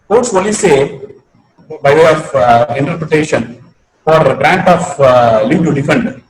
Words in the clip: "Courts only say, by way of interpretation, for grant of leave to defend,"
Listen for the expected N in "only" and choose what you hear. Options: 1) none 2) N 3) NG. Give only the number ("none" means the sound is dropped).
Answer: 1